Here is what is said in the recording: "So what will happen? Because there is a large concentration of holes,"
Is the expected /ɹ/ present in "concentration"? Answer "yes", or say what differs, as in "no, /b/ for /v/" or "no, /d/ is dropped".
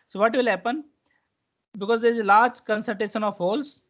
no, /ɹ/ is dropped